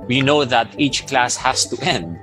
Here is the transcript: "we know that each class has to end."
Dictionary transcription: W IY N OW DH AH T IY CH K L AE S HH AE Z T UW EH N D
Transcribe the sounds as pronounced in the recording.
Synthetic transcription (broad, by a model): W IY N OW DH AH T IY CH K L AE S HH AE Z T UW EH N D